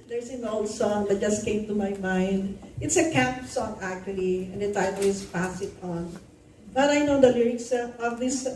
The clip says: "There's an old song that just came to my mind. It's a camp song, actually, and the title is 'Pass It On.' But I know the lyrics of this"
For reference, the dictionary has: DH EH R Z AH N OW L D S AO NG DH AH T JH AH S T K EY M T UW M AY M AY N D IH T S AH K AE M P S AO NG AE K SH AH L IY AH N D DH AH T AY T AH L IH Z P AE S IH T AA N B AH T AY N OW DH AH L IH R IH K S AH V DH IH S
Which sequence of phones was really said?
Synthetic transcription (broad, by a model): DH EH R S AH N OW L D S AO NG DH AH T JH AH S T K EY M T UW M AY M AY N D IH T S AH K AE M P S AO NG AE K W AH L IY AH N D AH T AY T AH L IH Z P AE S IH T AA N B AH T AY N OW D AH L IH R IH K S AH V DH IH S